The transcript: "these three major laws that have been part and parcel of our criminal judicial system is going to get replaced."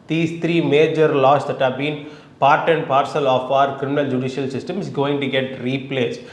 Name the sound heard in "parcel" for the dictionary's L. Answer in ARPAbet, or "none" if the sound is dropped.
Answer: L